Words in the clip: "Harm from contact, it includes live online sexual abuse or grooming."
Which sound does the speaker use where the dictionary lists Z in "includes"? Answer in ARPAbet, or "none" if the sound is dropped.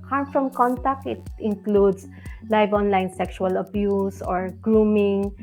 S